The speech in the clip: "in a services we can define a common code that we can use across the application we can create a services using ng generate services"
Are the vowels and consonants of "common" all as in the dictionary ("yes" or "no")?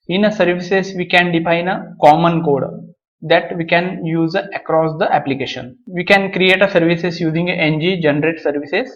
yes